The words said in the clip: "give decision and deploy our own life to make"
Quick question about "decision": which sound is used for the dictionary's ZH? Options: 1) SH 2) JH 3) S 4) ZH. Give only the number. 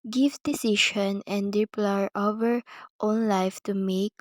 1